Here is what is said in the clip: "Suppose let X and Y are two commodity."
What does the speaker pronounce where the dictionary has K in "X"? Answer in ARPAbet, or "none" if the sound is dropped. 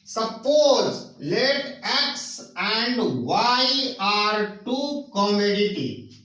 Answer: K